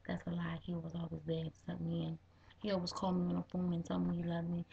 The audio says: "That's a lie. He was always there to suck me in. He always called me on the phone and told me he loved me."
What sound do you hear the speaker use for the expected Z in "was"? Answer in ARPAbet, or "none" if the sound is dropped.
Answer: Z